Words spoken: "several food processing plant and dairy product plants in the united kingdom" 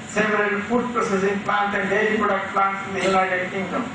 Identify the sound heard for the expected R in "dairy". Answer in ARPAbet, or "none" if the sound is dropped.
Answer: L